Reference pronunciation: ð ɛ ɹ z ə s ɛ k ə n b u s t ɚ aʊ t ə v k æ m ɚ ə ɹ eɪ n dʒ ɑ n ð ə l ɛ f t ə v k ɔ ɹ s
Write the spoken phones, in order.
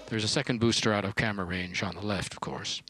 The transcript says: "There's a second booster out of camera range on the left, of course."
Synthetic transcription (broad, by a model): ð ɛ ɹ z ə s ɛ k ə n b u s t ɚ aʊ t ə v k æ m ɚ ɹ eɪ n dʒ n ð ə l ɛ f t ə v k ɔ ɹ s